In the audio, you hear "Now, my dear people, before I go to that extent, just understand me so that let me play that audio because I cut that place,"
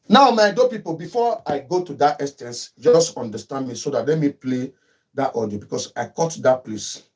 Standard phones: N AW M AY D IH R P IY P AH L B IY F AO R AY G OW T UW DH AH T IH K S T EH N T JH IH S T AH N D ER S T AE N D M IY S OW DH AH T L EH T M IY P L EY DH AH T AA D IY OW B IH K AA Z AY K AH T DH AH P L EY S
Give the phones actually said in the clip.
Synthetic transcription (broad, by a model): N AW M AY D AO P IY P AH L B IY F AO AY G OW T UW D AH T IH S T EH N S JH IH S T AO N D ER S T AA N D M IY S OW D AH T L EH M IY P L EY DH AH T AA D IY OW B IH K AA S AY K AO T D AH P L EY S